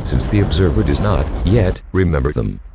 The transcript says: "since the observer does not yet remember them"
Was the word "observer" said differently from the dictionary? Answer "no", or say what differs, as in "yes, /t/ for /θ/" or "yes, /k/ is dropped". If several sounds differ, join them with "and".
no